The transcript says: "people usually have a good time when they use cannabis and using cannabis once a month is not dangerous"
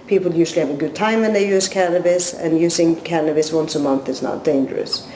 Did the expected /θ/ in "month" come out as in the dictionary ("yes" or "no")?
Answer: yes